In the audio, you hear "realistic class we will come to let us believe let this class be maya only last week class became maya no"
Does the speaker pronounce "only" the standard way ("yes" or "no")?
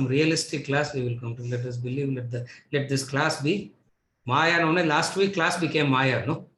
no